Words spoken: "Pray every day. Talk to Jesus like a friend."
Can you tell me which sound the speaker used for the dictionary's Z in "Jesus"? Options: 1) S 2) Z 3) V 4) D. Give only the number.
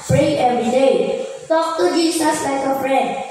1